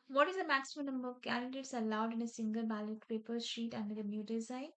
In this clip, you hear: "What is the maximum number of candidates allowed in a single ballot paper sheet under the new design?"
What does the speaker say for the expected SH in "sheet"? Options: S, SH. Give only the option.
SH